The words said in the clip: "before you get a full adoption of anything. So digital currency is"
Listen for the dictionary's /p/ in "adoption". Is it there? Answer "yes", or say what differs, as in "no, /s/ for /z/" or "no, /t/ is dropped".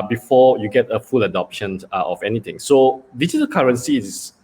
yes